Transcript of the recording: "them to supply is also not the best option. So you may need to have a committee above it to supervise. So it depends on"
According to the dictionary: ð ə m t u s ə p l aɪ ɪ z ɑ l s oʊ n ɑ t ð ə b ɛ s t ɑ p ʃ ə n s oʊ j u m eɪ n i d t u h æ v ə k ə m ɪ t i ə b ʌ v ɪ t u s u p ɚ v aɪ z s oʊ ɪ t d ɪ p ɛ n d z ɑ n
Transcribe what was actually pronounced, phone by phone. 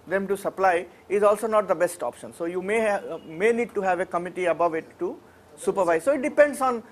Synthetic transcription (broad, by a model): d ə m t u s ə p l aɪ ɪ z ɑ l s oʊ n ɑ t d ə b ɛ s t ɑ p ʃ ə n s oʊ j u m eɪ n i d t u h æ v ə k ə m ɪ t i ə b ʌ v ɪ t u s u p ɚ v aɪ z s oʊ ɪ t d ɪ p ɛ n d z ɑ n